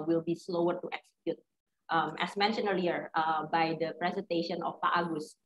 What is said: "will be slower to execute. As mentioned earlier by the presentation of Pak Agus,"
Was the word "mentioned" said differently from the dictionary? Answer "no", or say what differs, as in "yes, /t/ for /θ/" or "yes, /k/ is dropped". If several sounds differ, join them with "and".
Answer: yes, /d/ is dropped